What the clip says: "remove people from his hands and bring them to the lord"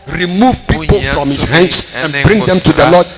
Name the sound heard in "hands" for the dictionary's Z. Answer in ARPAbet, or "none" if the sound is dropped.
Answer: S